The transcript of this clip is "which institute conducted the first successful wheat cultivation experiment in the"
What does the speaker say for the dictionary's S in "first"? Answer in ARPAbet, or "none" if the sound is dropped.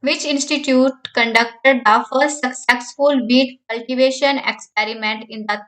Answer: none